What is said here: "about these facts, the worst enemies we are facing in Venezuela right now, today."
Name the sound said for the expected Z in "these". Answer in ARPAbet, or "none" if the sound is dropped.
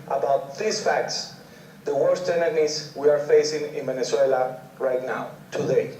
S